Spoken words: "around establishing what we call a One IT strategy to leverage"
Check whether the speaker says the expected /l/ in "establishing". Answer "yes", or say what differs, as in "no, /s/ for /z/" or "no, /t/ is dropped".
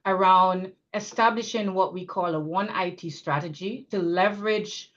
yes